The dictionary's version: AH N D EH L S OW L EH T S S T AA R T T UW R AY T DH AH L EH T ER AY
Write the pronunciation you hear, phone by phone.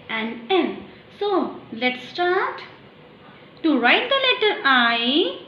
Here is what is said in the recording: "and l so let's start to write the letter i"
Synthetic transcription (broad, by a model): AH N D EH N S OW L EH T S S T AA R T T UW R AY T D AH L EH T ER AY